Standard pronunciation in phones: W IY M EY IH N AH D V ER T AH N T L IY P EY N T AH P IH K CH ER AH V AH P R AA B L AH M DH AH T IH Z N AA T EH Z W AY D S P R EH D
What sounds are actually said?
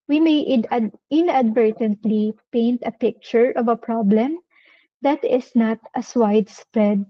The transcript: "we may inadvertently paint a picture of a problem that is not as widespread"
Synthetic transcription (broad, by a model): W IY M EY IH N AH D V ER T AH N T L IY P EY N T AH P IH K CH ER AH V AH P R AA B L AH M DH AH T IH S N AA T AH S W AY D S P R EH D